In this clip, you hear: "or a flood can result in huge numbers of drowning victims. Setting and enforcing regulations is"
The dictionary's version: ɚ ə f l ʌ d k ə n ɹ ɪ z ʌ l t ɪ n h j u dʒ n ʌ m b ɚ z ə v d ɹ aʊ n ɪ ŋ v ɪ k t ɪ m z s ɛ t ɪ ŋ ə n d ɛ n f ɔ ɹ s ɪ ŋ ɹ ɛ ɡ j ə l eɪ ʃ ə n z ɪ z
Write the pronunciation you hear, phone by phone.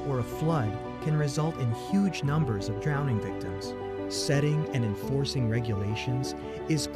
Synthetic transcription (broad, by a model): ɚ ə f l ʌ d k ə n ɹ ɪ z ʌ l t ɪ n h j u dʒ n ʌ m b ɚ z ə v d ɹ aʊ n ɪ ŋ v ɪ k t ɪ m z s ɛ t ɪ ŋ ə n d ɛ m f ɔ ɹ s ɪ ŋ ɹ ɛ ɡ j ə l eɪ ʃ ə n z ɪ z